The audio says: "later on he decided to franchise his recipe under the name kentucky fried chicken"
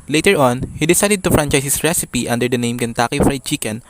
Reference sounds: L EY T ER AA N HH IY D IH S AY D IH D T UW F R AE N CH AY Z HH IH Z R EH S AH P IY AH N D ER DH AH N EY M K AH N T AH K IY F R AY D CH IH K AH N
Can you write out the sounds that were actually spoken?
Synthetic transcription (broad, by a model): L EY T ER AA N HH IY D IH S AY D IH D T UW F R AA N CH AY S HH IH S R EH S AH P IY AH N D ER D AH N EY M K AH N T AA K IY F R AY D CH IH K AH N